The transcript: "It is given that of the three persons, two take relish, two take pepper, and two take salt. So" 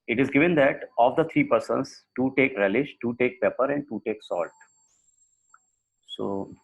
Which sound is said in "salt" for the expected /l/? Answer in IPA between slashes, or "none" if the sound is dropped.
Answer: /l/